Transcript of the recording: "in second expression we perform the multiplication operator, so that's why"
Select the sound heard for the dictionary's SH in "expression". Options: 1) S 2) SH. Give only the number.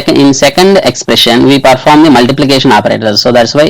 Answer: 2